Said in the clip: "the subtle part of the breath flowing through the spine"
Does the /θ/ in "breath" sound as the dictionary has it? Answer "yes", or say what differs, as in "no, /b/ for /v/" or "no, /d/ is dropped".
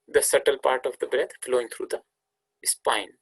no, /t/ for /θ/